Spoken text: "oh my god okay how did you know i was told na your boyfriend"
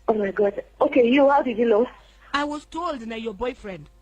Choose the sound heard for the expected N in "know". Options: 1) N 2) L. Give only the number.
2